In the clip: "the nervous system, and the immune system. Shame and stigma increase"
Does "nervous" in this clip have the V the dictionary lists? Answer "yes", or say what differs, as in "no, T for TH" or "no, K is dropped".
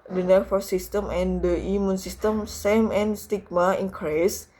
no, F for V